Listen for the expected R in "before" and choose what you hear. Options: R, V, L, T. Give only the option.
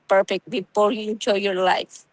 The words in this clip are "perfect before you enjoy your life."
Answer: L